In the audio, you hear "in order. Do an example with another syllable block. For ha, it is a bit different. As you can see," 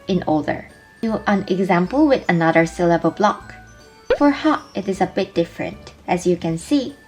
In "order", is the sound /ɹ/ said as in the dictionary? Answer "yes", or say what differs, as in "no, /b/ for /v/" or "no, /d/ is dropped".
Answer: no, /l/ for /ɹ/